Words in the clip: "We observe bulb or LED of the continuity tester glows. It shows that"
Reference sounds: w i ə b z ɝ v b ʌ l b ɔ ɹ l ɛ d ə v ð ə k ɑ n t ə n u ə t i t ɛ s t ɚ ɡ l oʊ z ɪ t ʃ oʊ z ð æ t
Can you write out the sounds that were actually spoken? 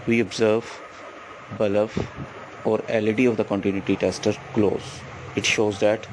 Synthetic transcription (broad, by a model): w i ə b z ɝ v b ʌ l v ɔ ɹ l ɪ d ə v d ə k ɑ n t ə n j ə t i t ɛ s t ɚ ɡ l oʊ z ɪ t ʃ oʊ z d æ t